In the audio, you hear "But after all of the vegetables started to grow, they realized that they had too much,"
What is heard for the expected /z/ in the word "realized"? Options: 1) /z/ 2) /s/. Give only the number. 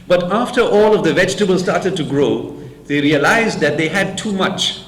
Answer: 1